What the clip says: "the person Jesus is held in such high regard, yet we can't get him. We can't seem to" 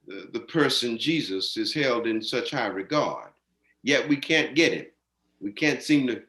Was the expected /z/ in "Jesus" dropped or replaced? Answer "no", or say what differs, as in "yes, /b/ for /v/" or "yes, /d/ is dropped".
no